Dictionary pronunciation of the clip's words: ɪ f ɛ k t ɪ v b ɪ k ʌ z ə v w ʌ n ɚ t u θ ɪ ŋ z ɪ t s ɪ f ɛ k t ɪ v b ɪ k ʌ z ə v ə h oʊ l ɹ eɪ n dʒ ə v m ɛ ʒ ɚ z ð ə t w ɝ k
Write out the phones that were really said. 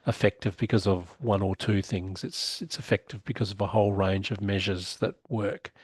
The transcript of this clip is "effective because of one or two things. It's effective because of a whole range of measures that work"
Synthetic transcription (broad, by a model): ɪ f ɛ k t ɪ v b ɪ k ʌ z ə v w ʌ n ɚ t u θ ɪ ŋ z ɪ t s ɪ f ɛ k t ɪ v b ɪ k ʌ z ə v ə h oʊ l ɹ eɪ n dʒ ə v m ɛ ʒ ɚ z ð ə t w ɝ k